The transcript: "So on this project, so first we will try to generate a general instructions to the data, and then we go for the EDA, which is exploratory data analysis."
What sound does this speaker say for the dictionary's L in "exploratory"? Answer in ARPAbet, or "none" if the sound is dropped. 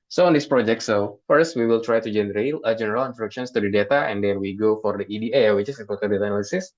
none